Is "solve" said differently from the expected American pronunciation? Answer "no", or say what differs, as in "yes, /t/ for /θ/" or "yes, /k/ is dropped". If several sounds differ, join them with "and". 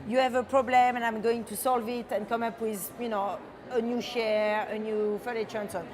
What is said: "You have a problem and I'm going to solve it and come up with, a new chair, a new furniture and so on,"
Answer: no